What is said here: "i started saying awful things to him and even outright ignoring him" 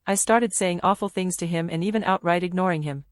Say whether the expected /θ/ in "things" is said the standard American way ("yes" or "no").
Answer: yes